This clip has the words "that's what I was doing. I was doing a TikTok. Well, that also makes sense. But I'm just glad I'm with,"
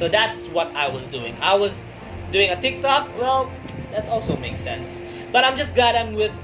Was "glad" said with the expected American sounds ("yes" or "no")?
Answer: no